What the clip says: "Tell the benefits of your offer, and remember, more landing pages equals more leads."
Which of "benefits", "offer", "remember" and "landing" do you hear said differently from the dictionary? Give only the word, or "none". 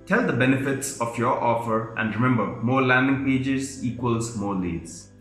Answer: none